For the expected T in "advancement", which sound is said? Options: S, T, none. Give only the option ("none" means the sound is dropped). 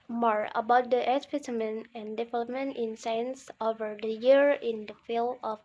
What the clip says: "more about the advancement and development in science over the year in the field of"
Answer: none